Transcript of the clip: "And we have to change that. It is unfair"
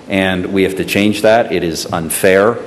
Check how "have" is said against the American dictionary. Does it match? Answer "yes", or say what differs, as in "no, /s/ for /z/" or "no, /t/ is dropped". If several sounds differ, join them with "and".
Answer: no, /f/ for /v/